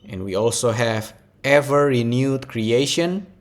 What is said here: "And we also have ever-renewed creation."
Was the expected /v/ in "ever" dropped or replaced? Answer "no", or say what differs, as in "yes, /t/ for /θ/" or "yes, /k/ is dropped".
no